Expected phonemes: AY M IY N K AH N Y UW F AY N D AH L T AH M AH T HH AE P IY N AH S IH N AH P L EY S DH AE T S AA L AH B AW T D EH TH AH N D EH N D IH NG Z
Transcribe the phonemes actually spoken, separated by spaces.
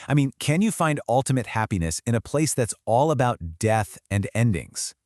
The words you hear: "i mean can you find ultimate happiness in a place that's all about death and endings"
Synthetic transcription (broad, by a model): AY M IY N K AH N Y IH F AY N D AH L T AH M AH T HH AE P IY N AH S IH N AH P L EY S DH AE T S AA L AH B AW T D EH TH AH N EH N D IH NG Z